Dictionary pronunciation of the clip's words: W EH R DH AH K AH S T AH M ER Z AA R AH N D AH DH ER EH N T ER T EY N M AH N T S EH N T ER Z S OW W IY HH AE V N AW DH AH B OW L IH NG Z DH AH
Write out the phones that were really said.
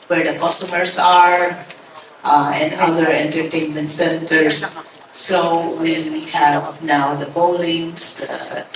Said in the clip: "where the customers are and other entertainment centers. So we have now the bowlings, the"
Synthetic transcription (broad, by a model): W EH R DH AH K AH S T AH M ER S AA R AH N D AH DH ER EH N T ER T EY N M AH N T S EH N T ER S S OW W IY HH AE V N AW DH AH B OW L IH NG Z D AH